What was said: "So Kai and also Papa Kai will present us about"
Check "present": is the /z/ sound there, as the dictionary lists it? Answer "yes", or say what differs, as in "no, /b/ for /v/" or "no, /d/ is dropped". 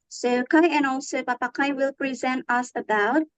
yes